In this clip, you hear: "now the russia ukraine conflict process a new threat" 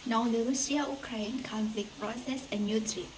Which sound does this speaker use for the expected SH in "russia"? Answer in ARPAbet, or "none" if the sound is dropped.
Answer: S